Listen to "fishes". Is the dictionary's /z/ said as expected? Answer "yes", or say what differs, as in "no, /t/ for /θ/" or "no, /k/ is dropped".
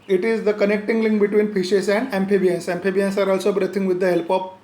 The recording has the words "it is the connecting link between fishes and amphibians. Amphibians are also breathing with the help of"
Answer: no, /s/ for /z/